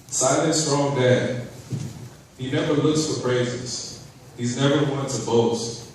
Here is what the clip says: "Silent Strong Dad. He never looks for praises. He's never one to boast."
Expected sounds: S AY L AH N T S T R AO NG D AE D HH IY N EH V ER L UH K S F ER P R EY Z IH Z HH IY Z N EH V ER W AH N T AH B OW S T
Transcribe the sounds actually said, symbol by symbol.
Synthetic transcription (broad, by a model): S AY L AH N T S T R AO NG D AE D HH IY N EH V ER L UH K S F ER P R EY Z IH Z HH IY Z N EH V ER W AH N T AH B OW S T